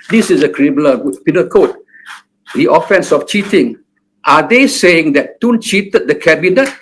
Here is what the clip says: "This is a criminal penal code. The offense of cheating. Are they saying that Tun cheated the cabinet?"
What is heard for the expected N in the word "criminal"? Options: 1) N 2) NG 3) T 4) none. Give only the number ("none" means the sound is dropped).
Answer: 4